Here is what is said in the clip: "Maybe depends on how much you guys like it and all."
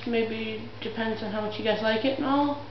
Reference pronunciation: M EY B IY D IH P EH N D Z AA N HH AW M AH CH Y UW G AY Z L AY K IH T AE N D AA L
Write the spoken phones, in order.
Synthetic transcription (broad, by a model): M EY B IY D IH P EH N D Z N HH AW M AH CH Y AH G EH S L AY K IH T N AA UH